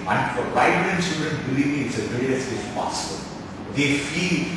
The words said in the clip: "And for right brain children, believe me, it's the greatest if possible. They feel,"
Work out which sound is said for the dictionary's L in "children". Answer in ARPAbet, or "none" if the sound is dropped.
none